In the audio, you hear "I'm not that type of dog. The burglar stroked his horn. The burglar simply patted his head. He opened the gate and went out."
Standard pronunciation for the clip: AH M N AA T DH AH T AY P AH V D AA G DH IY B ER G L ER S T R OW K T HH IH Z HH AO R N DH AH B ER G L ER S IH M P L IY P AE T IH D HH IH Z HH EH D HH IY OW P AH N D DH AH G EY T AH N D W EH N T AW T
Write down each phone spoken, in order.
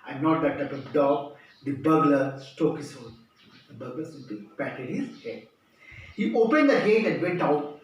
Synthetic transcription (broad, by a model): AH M N AA T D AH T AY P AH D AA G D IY B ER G L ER S T OW K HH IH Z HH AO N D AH B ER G L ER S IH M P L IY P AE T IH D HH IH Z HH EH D HH IY OW P AH N D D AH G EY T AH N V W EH N T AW T